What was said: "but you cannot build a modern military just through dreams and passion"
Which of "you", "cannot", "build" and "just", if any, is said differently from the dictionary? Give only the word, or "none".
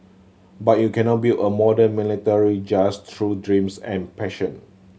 build